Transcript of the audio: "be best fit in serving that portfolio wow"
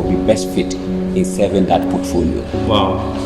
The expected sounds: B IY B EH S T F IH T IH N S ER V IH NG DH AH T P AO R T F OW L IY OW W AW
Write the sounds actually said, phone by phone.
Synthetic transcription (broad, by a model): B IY B EH S T F IH T IH N S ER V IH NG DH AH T P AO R T F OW L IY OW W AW